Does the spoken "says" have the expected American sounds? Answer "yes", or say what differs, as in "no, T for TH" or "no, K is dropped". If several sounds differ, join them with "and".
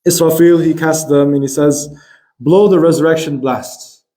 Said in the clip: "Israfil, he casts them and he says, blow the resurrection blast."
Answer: yes